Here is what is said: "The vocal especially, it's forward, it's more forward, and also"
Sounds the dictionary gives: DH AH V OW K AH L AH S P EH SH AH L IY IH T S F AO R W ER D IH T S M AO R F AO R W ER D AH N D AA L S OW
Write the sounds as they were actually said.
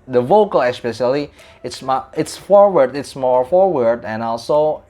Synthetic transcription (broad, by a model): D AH V OW K AH L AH S P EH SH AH L IY IH T S F AO R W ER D IH T S M AO R F AO R W ER D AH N AA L S OW